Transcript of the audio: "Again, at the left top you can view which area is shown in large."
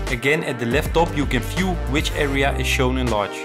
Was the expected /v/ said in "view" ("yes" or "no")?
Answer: no